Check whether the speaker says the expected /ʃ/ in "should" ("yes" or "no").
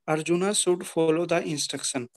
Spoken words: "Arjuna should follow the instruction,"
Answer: no